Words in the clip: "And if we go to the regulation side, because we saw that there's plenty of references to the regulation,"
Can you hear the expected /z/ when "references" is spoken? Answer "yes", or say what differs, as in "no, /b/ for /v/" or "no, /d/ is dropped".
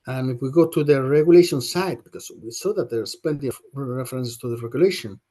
no, /s/ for /z/